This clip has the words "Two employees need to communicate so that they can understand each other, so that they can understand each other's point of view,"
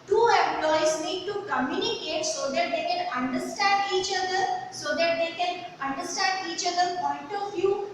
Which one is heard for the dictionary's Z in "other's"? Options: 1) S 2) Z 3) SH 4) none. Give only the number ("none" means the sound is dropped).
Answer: 4